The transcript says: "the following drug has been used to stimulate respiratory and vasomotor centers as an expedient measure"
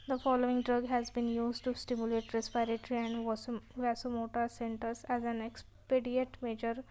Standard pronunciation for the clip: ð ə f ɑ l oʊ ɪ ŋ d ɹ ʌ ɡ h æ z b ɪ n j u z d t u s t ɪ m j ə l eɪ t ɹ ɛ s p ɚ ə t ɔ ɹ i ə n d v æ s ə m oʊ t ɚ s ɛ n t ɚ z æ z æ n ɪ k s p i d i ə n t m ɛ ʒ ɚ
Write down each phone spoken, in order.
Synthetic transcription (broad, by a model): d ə f ɑ l oʊ ɪ ŋ d ɹ ʌ ɡ h æ z b ɪ n j u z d t u s t ɪ m j ə l eɪ t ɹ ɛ s p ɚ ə t ɹ i ə n d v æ s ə m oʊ t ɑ s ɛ n t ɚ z æ z æ n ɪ k s p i d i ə t m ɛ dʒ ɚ